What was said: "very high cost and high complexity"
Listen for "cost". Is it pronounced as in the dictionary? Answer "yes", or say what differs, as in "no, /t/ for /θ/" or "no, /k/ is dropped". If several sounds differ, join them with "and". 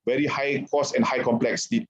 no, /t/ is dropped